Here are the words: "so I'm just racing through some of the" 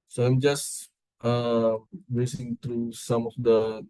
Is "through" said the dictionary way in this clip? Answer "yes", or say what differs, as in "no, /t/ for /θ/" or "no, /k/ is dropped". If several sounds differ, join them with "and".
no, /t/ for /θ/